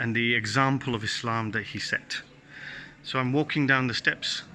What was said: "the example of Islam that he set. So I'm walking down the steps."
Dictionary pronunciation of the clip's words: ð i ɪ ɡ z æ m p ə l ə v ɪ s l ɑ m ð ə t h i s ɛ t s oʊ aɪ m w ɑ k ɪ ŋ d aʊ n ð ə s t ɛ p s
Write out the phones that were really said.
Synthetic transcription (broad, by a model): ð i ɪ ɡ z æ m p ə l ə v ɪ s l ɑ m ð ə t h i s ɛ t s oʊ aɪ m w ɑ k ɪ ŋ d aʊ n ð ə s t ɛ p s